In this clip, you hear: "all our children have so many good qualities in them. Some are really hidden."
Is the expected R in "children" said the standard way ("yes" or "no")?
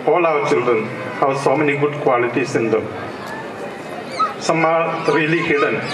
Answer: no